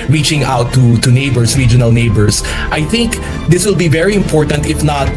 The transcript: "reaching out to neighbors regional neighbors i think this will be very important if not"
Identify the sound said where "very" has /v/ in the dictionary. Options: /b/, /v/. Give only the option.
/v/